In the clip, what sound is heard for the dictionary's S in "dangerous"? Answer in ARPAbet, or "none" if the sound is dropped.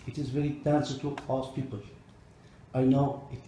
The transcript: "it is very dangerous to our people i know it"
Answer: none